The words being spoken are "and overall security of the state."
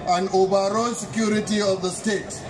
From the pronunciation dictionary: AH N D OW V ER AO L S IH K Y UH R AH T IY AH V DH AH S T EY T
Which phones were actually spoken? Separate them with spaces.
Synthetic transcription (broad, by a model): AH N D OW B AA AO S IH K Y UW R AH T IY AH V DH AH S T EY T